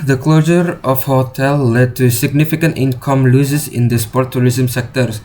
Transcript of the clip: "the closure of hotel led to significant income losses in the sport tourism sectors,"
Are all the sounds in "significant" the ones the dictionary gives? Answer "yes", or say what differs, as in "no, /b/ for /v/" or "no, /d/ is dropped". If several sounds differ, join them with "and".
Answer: yes